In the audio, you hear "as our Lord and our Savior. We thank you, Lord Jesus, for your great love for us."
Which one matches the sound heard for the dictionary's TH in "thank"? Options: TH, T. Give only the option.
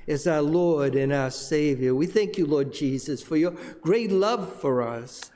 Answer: TH